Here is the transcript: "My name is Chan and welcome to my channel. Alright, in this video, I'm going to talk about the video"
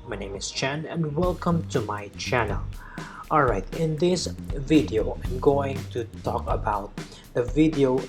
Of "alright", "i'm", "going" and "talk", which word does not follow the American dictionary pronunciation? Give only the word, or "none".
none